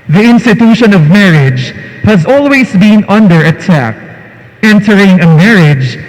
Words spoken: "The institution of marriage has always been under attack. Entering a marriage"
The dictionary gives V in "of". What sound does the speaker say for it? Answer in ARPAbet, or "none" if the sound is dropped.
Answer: V